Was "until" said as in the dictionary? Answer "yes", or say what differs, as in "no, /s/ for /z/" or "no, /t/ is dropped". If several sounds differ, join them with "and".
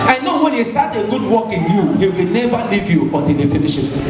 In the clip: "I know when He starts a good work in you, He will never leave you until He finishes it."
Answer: no, /n/ is dropped